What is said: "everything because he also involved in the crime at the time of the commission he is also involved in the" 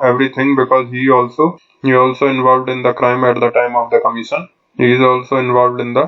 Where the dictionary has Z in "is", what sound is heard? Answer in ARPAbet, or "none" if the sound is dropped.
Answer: Z